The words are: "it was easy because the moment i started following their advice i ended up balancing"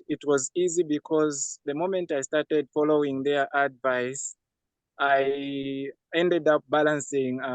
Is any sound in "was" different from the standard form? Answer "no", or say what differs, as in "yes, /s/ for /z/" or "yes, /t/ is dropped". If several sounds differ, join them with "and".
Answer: no